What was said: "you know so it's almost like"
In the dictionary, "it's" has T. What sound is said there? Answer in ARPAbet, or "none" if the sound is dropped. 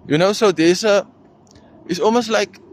S